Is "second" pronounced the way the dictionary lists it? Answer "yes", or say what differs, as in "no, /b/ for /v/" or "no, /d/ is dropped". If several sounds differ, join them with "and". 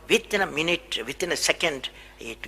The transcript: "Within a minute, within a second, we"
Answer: yes